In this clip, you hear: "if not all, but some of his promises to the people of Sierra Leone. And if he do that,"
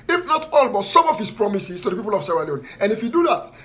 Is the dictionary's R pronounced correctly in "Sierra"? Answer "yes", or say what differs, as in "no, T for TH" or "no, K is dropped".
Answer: no, W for R